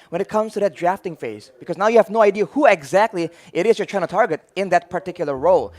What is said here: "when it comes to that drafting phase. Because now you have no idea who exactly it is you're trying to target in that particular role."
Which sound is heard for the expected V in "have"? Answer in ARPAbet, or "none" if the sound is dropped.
V